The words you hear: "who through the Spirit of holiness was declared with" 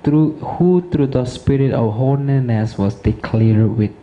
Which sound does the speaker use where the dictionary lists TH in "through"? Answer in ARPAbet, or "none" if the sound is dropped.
T